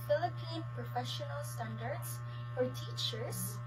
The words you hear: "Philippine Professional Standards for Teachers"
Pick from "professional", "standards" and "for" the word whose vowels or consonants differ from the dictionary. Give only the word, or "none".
standards